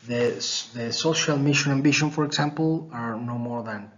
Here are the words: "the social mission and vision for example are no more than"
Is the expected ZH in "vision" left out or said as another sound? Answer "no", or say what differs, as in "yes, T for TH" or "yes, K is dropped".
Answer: yes, SH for ZH